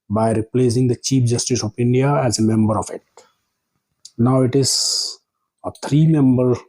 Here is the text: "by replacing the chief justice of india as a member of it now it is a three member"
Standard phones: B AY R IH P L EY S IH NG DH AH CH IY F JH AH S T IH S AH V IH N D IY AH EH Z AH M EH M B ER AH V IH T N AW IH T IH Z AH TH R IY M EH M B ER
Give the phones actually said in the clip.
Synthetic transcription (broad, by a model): B AY R IH P L EY S IH NG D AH CH IY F JH AH S T IH S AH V IH N D IY AH EH Z AH M EH M B ER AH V IH T N AW IH T IH Z AH T R IY M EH M B ER